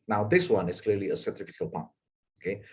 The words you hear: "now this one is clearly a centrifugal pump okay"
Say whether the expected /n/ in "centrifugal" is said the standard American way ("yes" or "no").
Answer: no